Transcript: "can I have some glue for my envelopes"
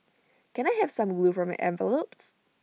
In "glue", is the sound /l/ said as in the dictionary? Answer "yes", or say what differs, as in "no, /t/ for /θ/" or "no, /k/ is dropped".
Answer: yes